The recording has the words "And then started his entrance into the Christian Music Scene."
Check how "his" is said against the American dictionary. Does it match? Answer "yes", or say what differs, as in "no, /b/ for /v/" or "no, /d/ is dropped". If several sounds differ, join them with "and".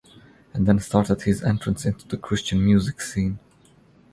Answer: yes